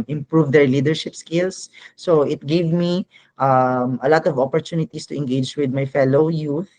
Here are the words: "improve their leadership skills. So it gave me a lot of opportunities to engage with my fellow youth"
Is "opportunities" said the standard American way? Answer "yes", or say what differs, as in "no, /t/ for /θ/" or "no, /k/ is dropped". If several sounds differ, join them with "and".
no, /s/ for /z/